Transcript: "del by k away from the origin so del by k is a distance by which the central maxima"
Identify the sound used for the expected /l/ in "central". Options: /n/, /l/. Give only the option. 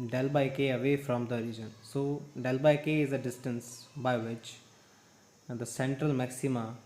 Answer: /l/